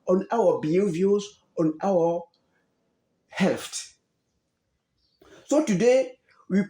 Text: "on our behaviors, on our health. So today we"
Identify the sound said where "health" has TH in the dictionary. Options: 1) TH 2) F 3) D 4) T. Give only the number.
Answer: 4